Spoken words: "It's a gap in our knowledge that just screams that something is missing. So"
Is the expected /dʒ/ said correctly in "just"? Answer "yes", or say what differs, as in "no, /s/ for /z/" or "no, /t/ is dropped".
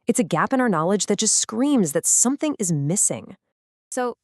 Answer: no, /ʒ/ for /dʒ/